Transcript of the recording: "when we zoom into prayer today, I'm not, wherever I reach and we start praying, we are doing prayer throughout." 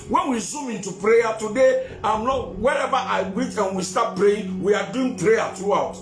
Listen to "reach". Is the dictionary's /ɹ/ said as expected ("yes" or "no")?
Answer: no